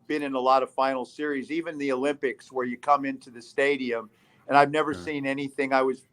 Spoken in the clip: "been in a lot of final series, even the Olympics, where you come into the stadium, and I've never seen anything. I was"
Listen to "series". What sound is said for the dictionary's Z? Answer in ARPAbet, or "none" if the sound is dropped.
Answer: Z